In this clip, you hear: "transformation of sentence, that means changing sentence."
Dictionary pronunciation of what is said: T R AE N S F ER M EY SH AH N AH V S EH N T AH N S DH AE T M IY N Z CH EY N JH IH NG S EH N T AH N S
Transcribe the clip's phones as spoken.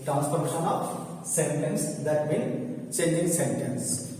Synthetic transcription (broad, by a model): T R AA N S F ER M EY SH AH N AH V S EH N T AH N S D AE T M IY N CH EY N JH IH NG S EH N T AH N S